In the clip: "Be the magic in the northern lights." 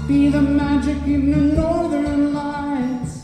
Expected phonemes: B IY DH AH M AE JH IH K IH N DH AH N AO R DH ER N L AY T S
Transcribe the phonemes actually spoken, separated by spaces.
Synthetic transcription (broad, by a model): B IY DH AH M AE JH IH K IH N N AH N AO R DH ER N L AY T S